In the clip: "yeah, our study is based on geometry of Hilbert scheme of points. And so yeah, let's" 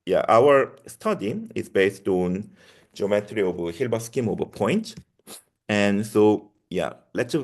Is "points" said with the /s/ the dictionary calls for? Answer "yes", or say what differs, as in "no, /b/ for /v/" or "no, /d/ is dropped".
no, /s/ is dropped